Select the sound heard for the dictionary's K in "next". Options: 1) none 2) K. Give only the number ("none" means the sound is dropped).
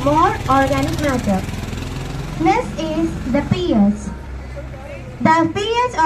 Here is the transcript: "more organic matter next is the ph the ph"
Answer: 1